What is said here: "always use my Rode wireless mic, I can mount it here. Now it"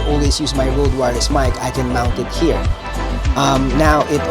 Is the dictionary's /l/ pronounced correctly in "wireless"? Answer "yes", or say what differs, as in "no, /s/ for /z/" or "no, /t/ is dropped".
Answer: no, /l/ is dropped